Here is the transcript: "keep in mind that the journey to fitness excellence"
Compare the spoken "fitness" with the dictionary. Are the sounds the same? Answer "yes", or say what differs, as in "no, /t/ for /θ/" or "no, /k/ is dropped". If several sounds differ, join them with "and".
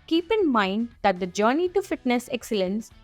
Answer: yes